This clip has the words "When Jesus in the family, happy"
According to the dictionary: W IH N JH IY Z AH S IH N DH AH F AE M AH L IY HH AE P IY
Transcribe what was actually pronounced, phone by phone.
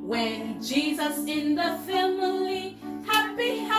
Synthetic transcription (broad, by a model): W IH N JH IY Z AH S IH N DH AH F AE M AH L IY HH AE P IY